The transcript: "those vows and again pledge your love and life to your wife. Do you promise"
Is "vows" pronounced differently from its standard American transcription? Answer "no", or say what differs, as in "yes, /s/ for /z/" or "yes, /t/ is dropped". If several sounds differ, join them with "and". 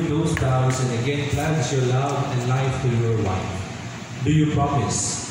yes, /p/ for /v/